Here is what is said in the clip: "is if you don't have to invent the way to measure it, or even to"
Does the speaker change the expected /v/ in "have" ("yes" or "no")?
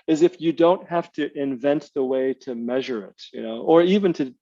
yes